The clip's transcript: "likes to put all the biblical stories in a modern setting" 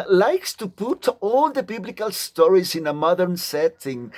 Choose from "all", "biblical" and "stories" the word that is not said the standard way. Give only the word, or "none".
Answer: none